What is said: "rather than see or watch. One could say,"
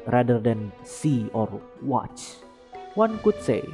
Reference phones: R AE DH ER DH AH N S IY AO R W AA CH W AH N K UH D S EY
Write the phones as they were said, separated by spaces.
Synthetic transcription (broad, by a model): R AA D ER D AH N S IY AO R W AA CH W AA N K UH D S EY